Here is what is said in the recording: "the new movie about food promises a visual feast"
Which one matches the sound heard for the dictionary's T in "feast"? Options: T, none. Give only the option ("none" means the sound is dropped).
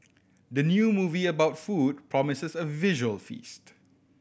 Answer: T